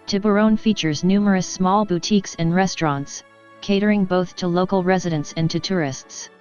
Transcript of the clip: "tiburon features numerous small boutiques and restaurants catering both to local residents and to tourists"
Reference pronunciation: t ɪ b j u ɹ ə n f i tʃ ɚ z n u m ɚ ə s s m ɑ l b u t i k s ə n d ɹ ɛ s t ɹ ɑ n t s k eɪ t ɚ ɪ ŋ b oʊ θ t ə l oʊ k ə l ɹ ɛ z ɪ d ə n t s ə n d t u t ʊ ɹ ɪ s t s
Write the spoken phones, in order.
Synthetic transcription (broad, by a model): t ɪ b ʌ ɹ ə n f i tʃ ɚ z n u m ɚ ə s s m ɑ l b u t i k s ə n ɹ ɛ s t ɹ ɑ n t s k eɪ t ɚ ɪ ŋ b oʊ θ t ə l oʊ k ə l ɹ ɛ z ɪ d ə n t s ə n t u t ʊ ɹ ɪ s t s